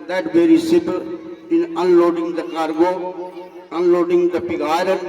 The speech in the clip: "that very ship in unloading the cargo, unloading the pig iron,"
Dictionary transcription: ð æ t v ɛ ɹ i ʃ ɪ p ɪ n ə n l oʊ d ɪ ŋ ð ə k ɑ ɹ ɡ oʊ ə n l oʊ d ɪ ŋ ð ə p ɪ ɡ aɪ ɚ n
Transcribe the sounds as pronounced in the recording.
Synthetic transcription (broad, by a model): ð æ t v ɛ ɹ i s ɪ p ɪ n ə n l oʊ d ɪ ŋ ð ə k ɑ ɹ ɡ oʊ ə n l oʊ d ɪ ŋ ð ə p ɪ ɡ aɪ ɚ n